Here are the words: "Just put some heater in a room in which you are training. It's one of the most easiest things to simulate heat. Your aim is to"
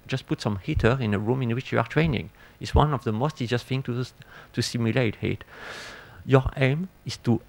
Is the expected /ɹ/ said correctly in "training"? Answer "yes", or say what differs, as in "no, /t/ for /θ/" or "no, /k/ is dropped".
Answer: yes